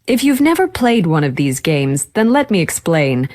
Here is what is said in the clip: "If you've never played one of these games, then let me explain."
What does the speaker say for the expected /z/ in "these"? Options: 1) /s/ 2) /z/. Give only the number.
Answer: 2